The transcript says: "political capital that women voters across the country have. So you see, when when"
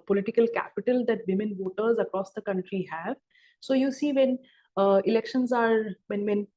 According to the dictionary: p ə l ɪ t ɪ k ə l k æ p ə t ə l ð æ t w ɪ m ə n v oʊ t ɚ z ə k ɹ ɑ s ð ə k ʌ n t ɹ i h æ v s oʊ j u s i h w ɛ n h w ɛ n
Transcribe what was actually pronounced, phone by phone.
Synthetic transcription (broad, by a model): p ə l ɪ t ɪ k ə l k æ p ə t ə l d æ t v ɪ m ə n v oʊ t ɚ z ə k ɹ ɑ s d ə k ʌ n t ɹ i h æ v s oʊ j u s i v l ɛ n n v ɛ n